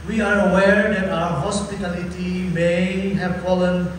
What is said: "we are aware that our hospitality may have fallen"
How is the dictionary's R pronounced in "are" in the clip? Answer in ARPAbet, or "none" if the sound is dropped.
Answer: R